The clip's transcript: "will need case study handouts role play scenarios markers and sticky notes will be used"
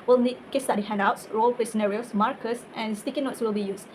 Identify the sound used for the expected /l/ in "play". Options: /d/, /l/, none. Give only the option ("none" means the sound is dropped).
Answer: none